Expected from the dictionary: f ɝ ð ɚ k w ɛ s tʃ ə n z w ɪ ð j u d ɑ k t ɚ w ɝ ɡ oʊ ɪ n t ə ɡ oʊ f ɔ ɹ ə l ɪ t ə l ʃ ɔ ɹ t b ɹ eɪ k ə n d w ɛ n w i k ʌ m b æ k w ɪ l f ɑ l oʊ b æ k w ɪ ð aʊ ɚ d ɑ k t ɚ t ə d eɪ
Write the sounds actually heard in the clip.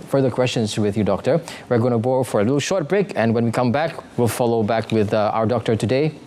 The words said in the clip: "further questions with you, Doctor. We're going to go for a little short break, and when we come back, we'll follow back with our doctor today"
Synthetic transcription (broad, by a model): f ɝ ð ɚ k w ɛ s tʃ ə n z w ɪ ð j u d ɑ k t ɚ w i ɡ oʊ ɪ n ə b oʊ f ɔ ɹ ə l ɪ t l ʃ ɔ ɹ t b ɹ eɪ k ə n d w ɛ n w i k ʌ m b æ k w ɪ l f ɑ l oʊ b æ k w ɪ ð aʊ ɚ d ɑ k t ɚ t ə d eɪ